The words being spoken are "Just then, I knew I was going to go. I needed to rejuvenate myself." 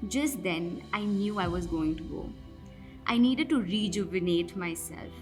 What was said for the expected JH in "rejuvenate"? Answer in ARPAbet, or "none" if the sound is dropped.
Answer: JH